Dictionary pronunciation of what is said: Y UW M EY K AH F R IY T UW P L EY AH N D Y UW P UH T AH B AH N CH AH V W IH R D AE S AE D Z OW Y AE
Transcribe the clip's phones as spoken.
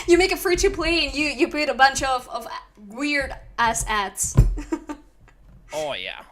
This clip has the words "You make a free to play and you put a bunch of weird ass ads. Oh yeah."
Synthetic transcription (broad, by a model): Y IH M EY K AH F R IY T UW P L EY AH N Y Y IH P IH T AH B AH N CH AH V W IH R D AE S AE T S OW Y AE